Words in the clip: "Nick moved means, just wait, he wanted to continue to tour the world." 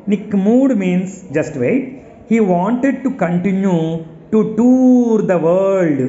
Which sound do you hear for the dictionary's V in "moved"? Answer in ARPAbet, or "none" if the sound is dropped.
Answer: none